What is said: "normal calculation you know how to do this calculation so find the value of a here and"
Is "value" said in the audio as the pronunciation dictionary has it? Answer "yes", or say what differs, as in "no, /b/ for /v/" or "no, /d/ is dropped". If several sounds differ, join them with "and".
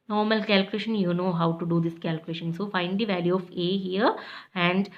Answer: yes